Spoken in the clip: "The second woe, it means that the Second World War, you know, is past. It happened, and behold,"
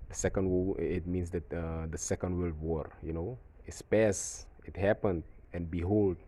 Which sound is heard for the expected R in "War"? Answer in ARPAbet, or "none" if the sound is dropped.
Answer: R